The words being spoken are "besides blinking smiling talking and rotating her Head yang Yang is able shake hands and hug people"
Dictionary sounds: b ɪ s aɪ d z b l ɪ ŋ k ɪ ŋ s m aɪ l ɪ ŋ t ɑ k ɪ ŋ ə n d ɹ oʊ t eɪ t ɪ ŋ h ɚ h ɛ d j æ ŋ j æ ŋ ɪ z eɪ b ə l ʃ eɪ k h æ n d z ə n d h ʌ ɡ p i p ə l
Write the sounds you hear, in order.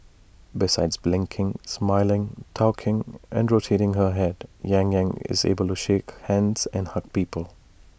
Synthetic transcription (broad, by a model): b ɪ s aɪ d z b l ɪ ŋ k ɪ ŋ s m aɪ l ɪ ŋ t ɑ k ɪ ŋ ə n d ɹ oʊ t eɪ t ɪ ŋ h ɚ h ɛ d j æ ŋ j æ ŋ ɪ z eɪ b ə l ʃ eɪ k h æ n d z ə n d h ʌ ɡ p i p ə l